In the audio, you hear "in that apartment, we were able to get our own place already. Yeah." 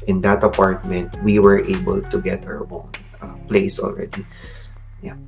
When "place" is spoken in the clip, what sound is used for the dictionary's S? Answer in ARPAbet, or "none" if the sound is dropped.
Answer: S